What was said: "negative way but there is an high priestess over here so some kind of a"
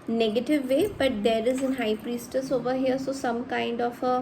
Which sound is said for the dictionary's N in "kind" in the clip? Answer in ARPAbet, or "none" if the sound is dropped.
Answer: N